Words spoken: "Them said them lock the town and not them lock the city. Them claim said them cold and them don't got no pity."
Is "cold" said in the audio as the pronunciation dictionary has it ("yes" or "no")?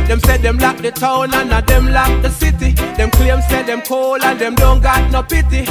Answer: no